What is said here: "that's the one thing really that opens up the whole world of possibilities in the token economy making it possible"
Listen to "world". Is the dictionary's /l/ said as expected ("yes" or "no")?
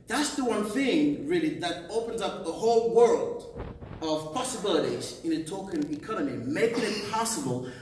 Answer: yes